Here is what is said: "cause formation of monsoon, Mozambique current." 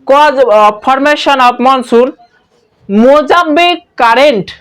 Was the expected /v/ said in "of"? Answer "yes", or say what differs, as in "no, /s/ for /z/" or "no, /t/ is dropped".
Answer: no, /p/ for /v/